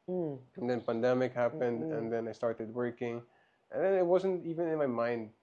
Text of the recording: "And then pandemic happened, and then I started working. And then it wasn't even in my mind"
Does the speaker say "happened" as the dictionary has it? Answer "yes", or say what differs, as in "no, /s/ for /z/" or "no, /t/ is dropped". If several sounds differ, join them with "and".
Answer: yes